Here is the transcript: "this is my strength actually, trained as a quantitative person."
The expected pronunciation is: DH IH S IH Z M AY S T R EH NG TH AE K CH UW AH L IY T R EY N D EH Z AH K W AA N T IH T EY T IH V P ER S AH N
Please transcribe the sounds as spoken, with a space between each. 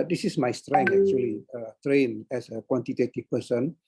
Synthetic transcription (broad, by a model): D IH S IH S M AY S T R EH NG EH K CH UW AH L IY T R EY N EH S AH K W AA N T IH T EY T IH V P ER S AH N